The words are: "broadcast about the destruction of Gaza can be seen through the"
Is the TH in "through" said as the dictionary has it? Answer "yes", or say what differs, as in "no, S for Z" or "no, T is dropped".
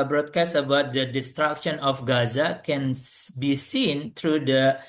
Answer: no, T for TH